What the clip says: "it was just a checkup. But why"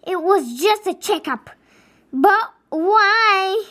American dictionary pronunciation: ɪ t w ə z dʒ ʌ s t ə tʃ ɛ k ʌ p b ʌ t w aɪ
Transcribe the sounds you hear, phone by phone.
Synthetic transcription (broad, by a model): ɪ t w ə z dʒ ʌ s t ə tʃ ɛ k ʌ p b ʌ t w aɪ